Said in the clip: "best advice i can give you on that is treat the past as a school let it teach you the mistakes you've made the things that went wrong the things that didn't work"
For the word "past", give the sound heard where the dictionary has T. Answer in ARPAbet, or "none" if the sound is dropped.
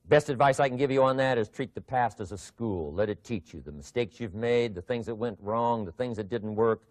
T